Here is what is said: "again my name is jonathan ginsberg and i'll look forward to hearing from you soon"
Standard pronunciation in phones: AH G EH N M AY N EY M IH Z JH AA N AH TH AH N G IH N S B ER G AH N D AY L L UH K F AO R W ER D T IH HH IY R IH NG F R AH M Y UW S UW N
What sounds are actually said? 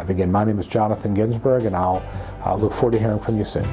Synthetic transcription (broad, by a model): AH G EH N M AY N EY M IH Z JH AA N AH TH AH N G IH N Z B ER G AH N AY L L UH K F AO R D T IH HH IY R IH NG F R AH M Y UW S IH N